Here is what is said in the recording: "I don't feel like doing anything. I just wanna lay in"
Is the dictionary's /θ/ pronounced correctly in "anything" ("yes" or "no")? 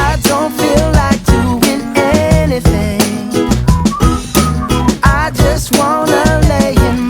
yes